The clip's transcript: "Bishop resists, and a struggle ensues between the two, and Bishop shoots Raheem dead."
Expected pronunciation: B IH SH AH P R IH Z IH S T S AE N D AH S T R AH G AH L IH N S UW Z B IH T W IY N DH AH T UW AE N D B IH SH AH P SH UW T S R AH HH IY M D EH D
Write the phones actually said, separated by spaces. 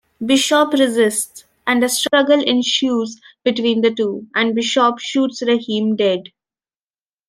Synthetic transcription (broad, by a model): B IH SH AH P R IH Z IH S T S AE N D AH S T R AH G AH L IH N SH UW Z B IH T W IY N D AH T UW AE N D B IH SH AH P SH UW T S R AH HH IY M D EH D